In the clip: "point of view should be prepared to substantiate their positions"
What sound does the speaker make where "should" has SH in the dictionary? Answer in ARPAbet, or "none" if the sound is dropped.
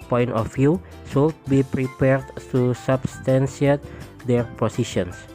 S